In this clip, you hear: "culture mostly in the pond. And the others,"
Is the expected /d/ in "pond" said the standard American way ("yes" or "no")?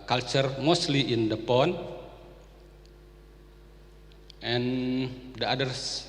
no